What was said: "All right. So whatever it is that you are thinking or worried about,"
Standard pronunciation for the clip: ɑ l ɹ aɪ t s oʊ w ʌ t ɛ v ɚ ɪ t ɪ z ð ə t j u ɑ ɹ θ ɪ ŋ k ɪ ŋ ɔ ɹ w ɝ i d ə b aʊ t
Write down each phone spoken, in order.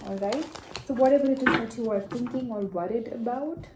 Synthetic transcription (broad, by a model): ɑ l ɹ aɪ t s oʊ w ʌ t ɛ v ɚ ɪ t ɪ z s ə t j u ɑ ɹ t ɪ ŋ k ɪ ŋ ɔ ɹ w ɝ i d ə b aʊ t